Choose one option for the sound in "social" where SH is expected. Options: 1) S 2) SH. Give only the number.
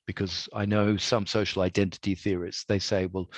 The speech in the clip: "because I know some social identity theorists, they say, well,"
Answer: 2